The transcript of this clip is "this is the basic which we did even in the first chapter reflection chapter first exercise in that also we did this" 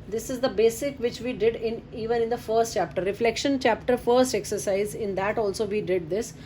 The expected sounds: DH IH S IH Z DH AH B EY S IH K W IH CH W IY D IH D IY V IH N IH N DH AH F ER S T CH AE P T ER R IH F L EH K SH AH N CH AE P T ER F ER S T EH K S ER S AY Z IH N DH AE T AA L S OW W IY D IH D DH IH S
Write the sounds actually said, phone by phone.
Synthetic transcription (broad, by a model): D IH S IH Z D AH B EY S IH K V IH CH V IY D IH D IY V IH N IH N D AH F ER S T CH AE P T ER R IH F L EH K SH AH N CH AE P T ER F ER S T EH K S ER S AY Z IH N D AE T AA L S OW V IY D IH D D IH S